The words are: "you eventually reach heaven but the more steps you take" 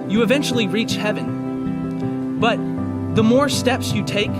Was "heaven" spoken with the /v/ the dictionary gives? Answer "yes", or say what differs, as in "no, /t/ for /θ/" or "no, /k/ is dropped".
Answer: yes